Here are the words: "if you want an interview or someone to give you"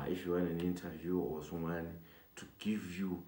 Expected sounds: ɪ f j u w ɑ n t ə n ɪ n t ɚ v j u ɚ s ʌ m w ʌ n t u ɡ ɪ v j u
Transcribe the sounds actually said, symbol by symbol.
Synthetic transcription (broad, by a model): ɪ f j u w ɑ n ə n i n t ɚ v j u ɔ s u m w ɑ n t u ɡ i v j u